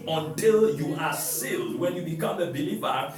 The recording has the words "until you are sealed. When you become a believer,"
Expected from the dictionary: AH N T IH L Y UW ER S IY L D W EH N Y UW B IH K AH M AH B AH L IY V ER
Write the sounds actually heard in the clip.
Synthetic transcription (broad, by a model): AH N T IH L Y UW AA S IY L D W EH N Y UW B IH K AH M AH B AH L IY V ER